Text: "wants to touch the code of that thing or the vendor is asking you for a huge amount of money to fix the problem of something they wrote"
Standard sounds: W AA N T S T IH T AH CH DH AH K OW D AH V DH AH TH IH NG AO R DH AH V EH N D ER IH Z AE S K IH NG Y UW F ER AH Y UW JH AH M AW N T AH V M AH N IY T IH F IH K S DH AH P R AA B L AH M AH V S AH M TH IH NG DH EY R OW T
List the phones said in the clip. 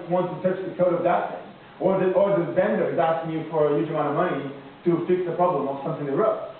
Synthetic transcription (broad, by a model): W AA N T T IH T AH CH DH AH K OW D AH V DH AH T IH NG AO R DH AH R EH N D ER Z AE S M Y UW F ER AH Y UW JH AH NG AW T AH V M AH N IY T IH F IH K S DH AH P R AA B L AH M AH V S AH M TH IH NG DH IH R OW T